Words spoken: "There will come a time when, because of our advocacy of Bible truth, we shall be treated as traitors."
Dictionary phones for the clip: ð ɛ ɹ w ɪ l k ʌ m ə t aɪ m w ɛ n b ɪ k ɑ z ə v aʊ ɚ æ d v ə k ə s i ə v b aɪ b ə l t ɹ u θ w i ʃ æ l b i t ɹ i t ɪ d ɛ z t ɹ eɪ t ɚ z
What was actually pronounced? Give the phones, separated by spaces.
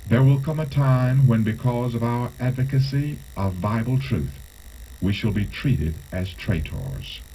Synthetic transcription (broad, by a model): ð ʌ ɹ w ɪ l k ʌ m ə t aɪ m w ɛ n b ɪ k ɑ z ə v aʊ ɚ æ d v ə k ə s i ə v aɪ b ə l t ɹ u θ w i ʃ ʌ l b i t ɹ i t ɪ d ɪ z t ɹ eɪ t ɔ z